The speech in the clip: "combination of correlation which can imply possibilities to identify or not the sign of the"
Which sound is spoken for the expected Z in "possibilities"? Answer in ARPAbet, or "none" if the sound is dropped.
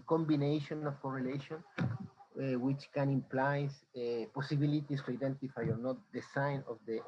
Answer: S